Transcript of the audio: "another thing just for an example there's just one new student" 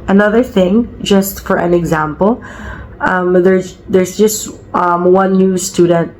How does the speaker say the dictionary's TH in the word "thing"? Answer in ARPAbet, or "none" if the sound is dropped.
TH